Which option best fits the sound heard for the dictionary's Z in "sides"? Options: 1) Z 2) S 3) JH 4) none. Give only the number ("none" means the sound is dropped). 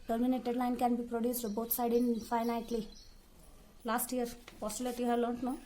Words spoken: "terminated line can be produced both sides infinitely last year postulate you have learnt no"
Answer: 4